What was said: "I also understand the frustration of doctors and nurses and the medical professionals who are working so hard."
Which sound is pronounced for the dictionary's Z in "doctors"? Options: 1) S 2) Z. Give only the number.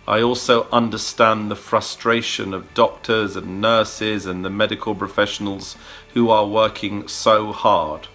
2